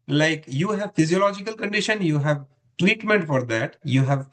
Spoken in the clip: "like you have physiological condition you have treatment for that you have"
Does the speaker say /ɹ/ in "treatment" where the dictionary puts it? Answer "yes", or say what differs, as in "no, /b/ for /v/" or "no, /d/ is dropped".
no, /w/ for /ɹ/